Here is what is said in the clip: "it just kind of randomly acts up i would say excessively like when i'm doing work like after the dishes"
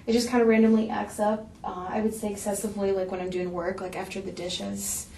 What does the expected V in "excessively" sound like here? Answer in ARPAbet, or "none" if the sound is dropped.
V